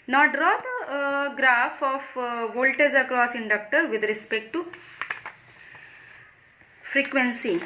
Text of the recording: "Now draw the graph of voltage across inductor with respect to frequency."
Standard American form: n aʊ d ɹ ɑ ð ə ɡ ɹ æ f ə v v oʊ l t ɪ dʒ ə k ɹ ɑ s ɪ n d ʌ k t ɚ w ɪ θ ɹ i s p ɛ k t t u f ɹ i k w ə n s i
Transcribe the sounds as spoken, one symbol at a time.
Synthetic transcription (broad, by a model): n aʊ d ɹ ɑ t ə ɡ ɹ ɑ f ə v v oʊ l t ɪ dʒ ə k ɹ ɑ s ɪ n d ʌ k t ɚ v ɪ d ɹ i s p ɛ k t t u f ɹ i k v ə n s i